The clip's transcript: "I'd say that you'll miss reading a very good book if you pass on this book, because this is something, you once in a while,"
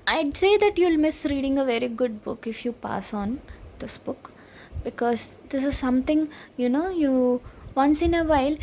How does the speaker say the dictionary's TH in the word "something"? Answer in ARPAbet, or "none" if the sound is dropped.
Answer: T